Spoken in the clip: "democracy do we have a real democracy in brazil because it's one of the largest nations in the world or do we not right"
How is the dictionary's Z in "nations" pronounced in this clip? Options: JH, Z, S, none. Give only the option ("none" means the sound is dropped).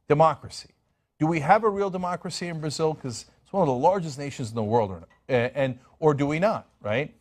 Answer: Z